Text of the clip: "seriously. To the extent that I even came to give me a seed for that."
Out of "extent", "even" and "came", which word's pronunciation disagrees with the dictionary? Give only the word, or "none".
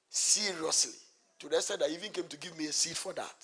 extent